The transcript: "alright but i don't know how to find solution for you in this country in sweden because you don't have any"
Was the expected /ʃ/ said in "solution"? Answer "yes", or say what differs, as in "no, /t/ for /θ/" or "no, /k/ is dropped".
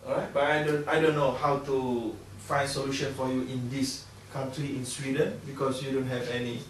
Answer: yes